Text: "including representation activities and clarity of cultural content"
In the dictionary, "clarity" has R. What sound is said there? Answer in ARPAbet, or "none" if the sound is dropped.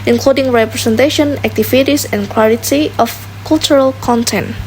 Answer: L